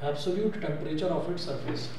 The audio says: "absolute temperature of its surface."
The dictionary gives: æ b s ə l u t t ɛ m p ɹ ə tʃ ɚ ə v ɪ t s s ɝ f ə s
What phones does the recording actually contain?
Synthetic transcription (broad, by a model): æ b s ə l u t t ɛ m p ɹ ə tʃ ɚ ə f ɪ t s s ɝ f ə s